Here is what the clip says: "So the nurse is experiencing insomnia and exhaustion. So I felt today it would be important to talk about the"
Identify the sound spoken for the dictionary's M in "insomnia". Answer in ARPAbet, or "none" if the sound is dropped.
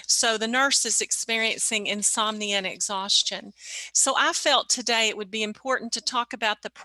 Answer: M